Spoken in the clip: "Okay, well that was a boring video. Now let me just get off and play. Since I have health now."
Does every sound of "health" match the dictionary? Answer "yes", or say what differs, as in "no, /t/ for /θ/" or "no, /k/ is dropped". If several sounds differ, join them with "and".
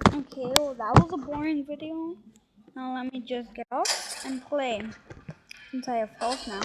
no, /s/ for /θ/